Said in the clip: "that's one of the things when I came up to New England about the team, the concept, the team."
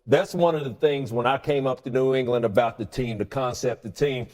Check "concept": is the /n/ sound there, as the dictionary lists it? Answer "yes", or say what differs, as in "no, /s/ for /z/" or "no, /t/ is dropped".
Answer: yes